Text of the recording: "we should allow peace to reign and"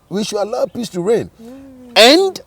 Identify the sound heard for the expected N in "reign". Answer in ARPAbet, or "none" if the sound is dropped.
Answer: N